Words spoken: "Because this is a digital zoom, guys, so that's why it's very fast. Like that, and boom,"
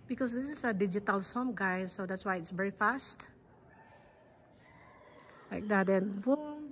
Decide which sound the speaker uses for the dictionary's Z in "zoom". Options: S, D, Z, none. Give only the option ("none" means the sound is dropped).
S